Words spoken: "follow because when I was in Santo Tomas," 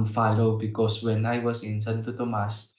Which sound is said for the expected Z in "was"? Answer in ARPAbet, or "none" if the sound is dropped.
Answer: S